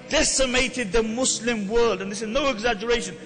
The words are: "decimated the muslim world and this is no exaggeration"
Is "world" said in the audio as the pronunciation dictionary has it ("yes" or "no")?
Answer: yes